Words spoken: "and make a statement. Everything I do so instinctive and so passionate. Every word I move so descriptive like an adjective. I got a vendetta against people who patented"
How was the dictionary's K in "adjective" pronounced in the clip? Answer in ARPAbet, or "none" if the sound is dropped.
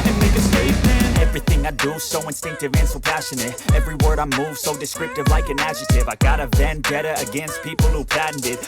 none